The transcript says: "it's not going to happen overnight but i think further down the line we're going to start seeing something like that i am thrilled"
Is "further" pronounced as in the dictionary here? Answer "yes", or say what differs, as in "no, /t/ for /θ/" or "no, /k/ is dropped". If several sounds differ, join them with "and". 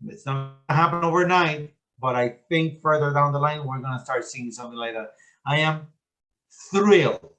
yes